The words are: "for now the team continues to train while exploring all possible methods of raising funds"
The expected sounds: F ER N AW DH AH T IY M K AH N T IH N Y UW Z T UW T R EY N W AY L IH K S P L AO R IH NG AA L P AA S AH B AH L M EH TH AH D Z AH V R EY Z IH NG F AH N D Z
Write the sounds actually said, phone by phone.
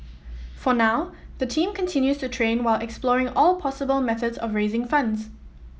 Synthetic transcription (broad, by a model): F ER N AW DH AH T IY M K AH N T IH N Y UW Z T UW T R EY N W AY L IH K S P L AO R IH NG AA L P AA S AH B AH L M EH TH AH D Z AH V R EY Z IH NG F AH N D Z